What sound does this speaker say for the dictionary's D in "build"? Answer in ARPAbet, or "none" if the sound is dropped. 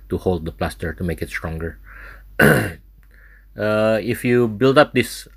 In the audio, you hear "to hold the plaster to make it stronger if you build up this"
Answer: D